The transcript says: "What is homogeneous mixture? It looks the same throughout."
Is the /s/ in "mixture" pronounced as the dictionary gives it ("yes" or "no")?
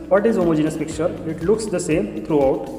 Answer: no